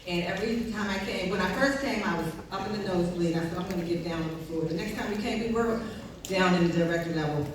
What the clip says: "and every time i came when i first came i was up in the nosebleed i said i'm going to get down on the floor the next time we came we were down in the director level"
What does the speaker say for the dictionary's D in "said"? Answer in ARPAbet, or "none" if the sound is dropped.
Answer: none